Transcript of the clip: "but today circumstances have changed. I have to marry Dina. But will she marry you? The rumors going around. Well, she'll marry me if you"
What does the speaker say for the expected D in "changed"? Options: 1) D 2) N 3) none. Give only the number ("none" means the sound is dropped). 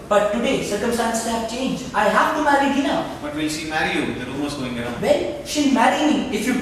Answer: 3